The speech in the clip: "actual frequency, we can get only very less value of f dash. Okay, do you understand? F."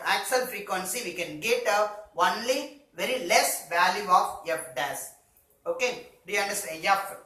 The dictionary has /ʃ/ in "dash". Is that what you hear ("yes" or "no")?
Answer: no